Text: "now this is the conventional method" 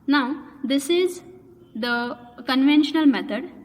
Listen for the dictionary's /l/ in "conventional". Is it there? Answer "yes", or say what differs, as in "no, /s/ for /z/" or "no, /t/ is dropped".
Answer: yes